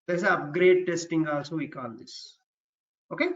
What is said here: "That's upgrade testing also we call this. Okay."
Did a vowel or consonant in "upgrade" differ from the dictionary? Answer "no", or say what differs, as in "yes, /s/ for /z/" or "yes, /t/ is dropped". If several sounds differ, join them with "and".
no